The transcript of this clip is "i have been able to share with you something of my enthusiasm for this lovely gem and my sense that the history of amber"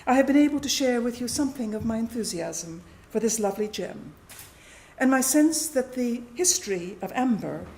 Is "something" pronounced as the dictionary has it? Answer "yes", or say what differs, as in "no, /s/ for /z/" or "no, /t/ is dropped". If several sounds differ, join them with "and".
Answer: yes